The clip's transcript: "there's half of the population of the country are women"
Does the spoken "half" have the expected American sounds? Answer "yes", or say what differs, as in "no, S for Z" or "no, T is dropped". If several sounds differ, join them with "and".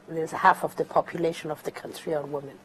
yes